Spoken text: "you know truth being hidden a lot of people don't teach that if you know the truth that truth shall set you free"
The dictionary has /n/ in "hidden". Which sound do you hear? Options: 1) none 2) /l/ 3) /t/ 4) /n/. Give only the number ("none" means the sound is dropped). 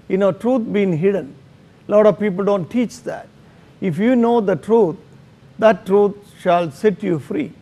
4